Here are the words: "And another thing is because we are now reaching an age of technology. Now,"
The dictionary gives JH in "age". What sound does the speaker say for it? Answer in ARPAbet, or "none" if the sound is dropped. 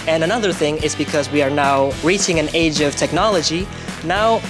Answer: JH